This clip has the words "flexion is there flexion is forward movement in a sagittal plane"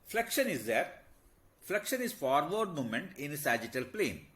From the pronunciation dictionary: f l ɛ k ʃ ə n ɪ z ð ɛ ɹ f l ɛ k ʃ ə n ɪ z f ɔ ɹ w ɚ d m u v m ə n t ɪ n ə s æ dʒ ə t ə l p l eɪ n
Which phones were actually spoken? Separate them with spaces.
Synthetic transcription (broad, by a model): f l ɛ k ʃ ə n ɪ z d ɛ ɹ f l ɛ k ʃ ə n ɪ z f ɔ ɹ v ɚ d m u m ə n t ɪ n ə s æ dʒ ə t ə l p l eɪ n